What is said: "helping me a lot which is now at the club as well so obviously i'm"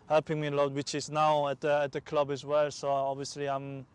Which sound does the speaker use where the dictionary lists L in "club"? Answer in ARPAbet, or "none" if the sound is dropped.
L